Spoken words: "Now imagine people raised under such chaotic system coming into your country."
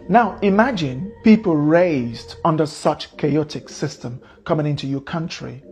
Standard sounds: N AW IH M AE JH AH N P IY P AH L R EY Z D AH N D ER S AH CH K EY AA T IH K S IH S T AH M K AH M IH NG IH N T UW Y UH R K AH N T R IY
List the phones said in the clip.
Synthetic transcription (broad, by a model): N AW IH M AE JH AH N P IY P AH L R EY Z D AH N D ER S AH CH K EY AA T IH K S IH S T AH M K AH M IH NG IH N T UW Y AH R K AH N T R IY